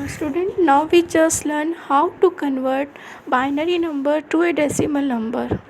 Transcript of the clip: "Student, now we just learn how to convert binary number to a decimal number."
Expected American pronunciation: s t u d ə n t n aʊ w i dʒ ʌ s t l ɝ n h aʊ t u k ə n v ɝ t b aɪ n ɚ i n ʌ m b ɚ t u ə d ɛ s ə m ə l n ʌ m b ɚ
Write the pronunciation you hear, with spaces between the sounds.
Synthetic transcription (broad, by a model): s t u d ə n t n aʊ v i tʃ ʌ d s l ɝ n h aʊ t u k ə n v ɝ t b aɪ n ɚ i n ʌ m b ɚ t u ə d ɛ s ə m ə l n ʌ m b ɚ